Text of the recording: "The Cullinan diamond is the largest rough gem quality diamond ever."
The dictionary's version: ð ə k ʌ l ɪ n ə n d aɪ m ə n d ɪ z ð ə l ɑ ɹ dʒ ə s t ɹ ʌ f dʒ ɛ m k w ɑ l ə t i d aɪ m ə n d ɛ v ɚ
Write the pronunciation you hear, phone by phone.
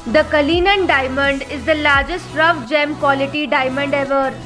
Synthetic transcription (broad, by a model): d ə k ʌ l ɪ n ə n d aɪ m ə n d ɪ z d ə l ɑ ɹ dʒ ə s t ɹ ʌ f dʒ ɛ m k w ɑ l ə t i d aɪ m ə n d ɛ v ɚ